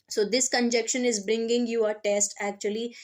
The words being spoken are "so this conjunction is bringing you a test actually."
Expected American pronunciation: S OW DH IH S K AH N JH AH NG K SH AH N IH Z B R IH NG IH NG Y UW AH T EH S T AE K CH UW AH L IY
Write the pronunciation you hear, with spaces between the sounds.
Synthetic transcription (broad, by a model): S OW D IH S K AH N JH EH K SH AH N IH Z B R IH NG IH NG Y UW AH T EH S T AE K CH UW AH L IY